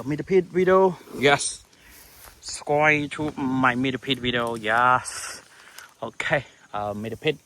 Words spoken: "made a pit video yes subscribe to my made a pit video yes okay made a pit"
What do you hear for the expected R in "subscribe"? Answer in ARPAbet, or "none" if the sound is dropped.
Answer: W